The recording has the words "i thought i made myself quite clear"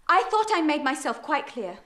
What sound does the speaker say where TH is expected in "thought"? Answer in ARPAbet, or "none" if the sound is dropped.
TH